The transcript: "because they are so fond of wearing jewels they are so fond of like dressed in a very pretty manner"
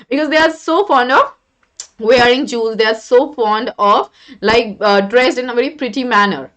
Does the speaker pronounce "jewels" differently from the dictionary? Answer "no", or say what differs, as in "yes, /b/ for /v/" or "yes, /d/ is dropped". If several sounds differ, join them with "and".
yes, /l/ is dropped